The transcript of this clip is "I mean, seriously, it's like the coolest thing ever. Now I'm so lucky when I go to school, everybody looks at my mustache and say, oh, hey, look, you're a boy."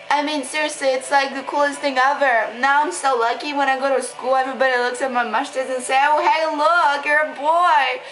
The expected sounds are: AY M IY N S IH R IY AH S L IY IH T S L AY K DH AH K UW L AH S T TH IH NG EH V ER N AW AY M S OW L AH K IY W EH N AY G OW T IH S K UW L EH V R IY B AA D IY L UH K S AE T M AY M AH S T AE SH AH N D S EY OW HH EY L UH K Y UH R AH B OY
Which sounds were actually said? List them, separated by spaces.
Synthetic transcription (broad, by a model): AY M IY N S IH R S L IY IH T S L AY K DH AH K UW L AH S T TH IH NG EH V ER N AW AY M S OW L AH K IY W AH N AY G OW T IH S K UW L EH V R IY B AA D IY L UH K S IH T M AY M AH SH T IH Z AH N S EY OW HH EY L UH K Y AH R AH B OY